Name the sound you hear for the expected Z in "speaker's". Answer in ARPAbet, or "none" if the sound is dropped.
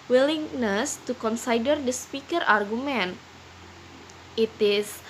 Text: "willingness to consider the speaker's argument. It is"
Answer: none